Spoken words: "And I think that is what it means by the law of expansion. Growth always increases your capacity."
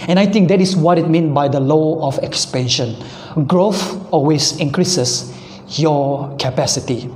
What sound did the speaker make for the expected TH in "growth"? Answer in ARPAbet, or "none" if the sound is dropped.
F